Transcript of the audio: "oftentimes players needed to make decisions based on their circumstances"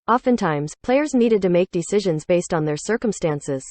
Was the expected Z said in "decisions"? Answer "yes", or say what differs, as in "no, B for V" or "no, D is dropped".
yes